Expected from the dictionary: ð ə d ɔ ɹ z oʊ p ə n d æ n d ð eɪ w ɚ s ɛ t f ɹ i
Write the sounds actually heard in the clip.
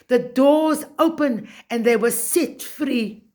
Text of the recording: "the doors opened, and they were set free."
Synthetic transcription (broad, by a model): ð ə d ɔ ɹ z oʊ p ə n æ n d ð eɪ w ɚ s ɛ t f ɹ i